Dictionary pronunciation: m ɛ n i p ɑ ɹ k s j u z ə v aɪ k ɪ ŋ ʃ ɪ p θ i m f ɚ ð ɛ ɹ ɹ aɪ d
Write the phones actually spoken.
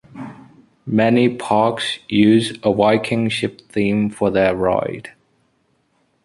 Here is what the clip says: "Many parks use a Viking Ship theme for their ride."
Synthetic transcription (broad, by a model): m ɛ n i p ɑ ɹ k s j u z ə w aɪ k ɪ ŋ ʃ ɪ p θ i m f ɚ ð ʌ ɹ ɹ aɪ d